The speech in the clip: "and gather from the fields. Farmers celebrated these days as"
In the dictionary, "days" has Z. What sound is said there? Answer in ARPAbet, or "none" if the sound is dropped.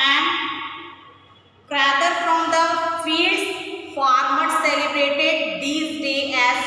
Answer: none